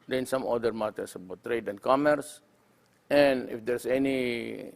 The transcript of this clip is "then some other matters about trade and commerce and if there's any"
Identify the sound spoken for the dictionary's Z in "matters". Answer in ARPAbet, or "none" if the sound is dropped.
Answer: S